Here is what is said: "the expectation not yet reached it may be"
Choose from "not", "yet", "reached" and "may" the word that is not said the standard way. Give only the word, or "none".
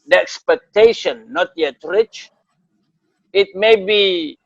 reached